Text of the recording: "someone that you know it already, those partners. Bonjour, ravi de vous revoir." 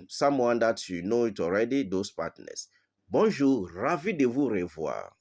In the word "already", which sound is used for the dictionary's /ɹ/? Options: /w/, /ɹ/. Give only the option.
/ɹ/